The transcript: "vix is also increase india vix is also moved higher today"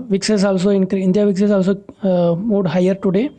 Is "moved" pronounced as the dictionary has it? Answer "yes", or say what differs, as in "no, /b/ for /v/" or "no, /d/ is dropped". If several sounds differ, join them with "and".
no, /v/ is dropped